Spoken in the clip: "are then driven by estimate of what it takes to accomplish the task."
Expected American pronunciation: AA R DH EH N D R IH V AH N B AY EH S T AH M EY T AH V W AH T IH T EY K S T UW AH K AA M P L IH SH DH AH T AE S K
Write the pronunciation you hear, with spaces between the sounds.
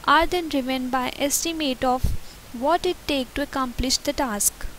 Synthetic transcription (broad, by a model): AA R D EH N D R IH V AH N B AY EH S T AH M EY T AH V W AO T IH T EY K T UW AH K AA M P L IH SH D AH T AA S K